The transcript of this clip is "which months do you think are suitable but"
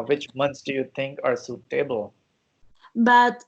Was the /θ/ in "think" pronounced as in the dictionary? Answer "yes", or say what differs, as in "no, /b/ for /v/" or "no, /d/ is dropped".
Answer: no, /t/ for /θ/